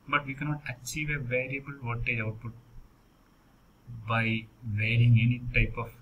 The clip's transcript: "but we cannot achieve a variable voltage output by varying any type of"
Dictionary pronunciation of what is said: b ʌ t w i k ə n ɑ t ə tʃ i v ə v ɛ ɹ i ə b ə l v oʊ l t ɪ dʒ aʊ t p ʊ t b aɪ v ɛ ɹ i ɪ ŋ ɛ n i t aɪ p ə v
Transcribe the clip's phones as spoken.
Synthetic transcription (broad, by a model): b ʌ t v i k ə n ɑ t ə tʃ i v ə v ɛ ɹ i ə b ə l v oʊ t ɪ aʊ t p ʊ t b aɪ v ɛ ɹ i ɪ ŋ ɛ n i t aɪ p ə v